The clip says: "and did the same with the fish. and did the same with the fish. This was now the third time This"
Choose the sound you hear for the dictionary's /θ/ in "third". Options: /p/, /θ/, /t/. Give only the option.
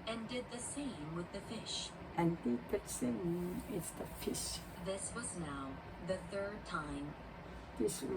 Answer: /θ/